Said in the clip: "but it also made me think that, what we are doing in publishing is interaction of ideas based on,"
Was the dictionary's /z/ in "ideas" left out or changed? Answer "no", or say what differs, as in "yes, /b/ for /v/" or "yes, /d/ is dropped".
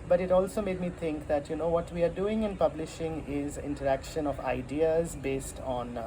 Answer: no